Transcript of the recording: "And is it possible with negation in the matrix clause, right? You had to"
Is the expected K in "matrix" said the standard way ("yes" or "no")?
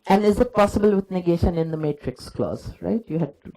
yes